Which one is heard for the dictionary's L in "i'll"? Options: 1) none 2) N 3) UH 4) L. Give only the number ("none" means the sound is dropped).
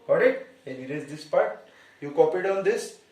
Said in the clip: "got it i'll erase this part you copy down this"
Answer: 2